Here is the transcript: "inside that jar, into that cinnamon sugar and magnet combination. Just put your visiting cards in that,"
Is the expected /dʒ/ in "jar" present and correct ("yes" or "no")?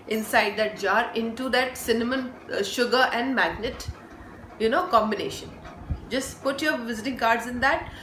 yes